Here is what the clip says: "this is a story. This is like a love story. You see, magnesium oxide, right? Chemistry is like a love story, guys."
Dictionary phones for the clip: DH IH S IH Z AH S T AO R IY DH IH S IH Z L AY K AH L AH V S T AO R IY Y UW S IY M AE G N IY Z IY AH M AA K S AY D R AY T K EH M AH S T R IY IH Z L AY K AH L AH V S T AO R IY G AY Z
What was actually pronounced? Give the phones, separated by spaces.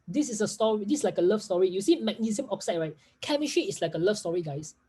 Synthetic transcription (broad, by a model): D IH S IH S AH S T AO R IY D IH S L AY K AH L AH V S T AO R IY Y UW S IY M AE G N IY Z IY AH M AA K S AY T R AY T K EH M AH SH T IY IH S L AY K AH L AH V S T AO R IY G AY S